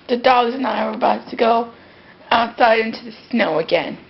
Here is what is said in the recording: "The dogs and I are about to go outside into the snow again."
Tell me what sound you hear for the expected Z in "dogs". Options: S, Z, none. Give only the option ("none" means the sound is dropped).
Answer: Z